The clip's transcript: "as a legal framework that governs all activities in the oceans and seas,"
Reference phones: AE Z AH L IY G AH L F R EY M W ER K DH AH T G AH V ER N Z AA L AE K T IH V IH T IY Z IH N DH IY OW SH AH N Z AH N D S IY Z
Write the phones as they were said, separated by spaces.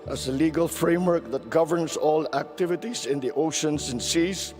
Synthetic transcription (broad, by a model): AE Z AH L IY G AH L F R EY M W ER K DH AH T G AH V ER N S AA L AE K T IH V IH T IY S IH N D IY OW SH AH N S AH N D S IY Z